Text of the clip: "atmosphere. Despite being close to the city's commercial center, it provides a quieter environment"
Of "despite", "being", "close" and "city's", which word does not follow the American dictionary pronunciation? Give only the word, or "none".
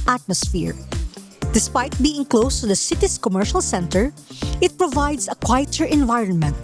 city's